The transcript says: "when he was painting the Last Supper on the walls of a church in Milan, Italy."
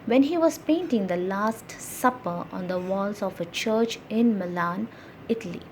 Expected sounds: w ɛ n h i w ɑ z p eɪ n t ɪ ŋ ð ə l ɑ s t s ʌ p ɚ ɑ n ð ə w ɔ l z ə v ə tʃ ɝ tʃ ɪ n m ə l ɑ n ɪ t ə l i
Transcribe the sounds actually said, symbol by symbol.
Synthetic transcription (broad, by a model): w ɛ n h i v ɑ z p eɪ n t ɪ ŋ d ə l ɑ s t s ʌ p ɚ ɑ n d ə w ɔ l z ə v ə tʃ ɝ tʃ ɪ n m ə l ɑ n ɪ t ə l i